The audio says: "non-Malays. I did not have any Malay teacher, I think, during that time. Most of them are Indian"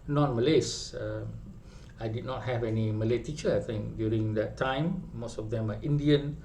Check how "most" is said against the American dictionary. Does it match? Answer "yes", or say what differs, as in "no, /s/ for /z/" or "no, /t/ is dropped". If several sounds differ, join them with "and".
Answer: yes